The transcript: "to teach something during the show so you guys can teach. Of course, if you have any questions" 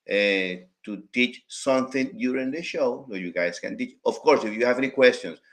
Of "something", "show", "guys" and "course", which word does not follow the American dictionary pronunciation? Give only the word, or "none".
guys